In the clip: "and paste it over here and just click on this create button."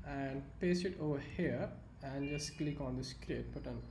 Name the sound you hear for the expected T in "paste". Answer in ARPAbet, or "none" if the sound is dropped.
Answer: none